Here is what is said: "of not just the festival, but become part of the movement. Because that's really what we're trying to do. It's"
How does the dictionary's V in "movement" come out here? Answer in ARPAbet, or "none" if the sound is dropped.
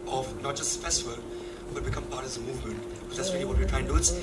V